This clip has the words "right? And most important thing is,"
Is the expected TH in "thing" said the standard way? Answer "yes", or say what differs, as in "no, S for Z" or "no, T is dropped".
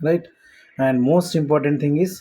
no, T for TH